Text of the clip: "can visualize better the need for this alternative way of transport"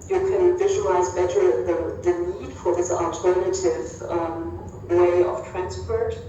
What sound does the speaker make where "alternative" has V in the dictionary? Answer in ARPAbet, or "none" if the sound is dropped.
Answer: V